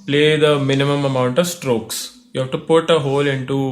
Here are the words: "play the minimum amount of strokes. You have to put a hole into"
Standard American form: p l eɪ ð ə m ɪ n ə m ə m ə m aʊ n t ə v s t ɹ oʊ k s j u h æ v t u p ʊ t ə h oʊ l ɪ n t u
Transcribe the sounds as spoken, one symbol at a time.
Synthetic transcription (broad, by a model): p l eɪ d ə m ɪ n ə m ə m ə m aʊ n t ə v s t ɹ oʊ k s j u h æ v t u p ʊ t ə h oʊ l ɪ n t u